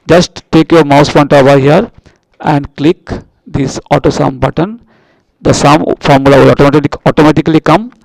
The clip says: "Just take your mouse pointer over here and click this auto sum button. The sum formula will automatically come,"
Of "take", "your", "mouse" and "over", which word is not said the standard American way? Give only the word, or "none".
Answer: over